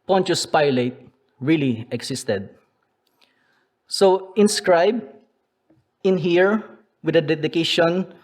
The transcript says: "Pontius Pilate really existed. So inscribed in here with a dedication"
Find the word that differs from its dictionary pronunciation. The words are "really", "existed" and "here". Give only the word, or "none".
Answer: existed